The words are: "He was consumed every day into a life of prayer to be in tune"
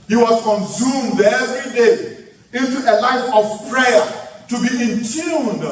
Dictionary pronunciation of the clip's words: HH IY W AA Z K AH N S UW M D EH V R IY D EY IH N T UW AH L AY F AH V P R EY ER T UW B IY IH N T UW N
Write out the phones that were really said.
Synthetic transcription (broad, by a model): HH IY W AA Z K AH N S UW M D EH V R IY D EY IH N T UW AH L AY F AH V P R EY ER T UW B IY IH N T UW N